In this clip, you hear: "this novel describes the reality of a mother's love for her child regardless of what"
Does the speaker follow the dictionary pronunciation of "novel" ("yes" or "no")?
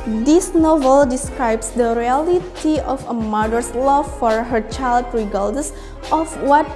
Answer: yes